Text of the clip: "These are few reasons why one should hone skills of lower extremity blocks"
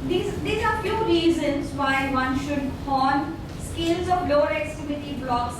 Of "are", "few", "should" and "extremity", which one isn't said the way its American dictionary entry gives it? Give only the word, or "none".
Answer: extremity